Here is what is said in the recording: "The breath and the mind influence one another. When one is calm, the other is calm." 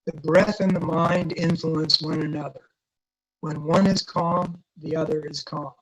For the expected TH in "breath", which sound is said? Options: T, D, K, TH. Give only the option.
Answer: TH